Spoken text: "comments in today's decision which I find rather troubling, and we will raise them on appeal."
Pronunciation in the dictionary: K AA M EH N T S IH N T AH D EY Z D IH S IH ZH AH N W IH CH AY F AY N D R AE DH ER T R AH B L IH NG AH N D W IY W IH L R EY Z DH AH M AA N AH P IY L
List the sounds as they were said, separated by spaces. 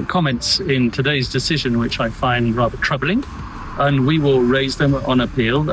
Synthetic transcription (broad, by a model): K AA M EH N T S IH N T AH D EY Z D IH S IH ZH AH N W IH CH AY F AY N D R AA DH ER T R AH B L IH NG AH N W IY W IH L R EY Z DH AH M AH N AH P IY L